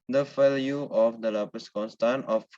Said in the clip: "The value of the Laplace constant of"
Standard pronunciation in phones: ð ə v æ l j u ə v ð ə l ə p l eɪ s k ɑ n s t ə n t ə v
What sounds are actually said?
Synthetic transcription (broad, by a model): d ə f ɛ l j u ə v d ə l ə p eɪ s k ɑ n s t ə n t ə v